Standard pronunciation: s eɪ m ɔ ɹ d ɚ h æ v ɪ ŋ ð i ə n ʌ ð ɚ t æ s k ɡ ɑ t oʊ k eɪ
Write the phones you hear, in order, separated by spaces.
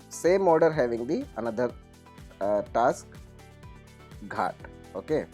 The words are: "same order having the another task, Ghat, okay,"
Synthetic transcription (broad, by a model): s eɪ m ɔ ɹ d ɚ h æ v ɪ ŋ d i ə n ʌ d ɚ t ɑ s k ɡ ɑ t oʊ k eɪ